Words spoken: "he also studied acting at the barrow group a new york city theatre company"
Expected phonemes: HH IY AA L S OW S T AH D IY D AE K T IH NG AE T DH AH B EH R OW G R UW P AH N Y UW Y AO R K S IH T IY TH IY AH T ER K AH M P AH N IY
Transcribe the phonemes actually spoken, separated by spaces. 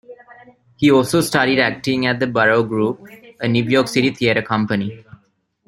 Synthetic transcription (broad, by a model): HH IY AA L S OW S T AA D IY D AE K T IH NG AE T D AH B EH R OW G R UW P AH N Y UW Y AO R K S IH T IY T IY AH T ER K AH M P AH N IY